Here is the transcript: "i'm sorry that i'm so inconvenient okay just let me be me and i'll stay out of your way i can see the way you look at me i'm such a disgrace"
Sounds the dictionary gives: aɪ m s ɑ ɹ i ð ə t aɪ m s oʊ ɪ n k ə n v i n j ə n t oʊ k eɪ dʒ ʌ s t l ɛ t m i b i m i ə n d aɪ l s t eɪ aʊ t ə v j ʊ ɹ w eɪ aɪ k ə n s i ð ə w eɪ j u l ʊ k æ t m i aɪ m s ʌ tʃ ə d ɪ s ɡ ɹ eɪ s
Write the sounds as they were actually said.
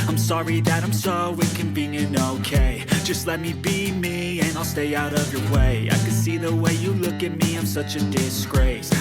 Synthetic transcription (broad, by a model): aɪ m s ɑ ɹ i ð ə t aɪ m s oʊ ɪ k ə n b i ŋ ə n oʊ k eɪ dʒ ʌ s t l ɛ t m i b i m i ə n aɪ l s t eɪ aʊ t ə v j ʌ ɹ w eɪ aɪ k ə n s i ð ə w eɪ j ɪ l ʊ k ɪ t m i aɪ m s ʌ tʃ ə d ɪ s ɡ ɹ eɪ s